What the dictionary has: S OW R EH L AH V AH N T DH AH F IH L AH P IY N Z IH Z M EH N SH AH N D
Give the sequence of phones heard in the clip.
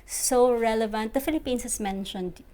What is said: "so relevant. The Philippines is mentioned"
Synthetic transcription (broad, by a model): S OW R EH L AH V AH N T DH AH F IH L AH P IY N S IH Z M EH N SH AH N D